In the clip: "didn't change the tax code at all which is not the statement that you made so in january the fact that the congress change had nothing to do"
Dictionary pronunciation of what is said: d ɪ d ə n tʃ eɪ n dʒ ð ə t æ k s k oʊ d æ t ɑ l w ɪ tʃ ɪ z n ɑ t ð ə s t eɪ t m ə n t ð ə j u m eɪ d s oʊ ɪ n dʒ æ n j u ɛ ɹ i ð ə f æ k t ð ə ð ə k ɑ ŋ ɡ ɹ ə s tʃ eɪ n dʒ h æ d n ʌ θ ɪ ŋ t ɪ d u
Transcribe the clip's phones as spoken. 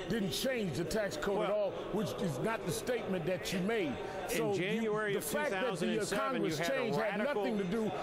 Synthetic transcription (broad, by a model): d ɪ d n tʃ eɪ n dʒ ð ə t æ k s k oʊ d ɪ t ɑ l w ɪ tʃ ɪ z n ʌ t ð ə s t eɪ t m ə n ð ə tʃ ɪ m eɪ d s oʊ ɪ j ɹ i ð ə f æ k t ð ə ð ə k ɑ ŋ ɡ ɹ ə tʃ eɪ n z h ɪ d n ʌ θ ɪ ŋ t ɪ d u